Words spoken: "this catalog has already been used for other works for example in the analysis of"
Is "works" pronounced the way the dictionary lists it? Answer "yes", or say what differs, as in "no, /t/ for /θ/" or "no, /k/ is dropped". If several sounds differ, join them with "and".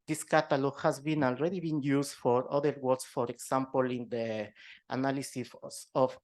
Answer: no, /k/ is dropped